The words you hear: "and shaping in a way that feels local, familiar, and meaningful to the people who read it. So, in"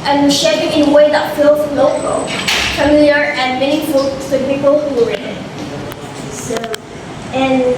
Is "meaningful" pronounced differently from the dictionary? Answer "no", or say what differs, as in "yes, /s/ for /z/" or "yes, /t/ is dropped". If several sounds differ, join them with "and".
yes, /ŋ/ is dropped